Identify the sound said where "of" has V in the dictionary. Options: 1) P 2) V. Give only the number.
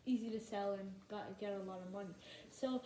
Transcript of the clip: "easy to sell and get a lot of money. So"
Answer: 2